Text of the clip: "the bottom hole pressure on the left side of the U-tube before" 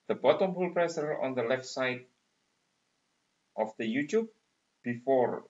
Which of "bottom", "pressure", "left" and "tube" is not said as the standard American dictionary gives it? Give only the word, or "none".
pressure